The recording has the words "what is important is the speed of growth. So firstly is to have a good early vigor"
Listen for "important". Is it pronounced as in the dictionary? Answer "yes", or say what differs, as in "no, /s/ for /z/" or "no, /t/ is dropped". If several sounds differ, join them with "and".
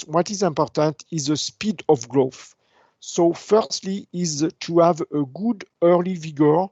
yes